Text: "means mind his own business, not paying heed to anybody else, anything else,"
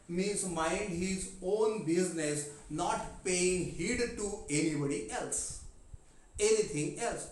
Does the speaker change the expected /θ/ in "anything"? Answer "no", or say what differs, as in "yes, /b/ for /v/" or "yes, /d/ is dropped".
yes, /t/ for /θ/